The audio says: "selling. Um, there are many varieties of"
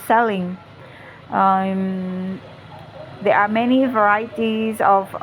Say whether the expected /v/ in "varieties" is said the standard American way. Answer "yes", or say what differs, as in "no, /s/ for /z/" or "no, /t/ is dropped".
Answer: yes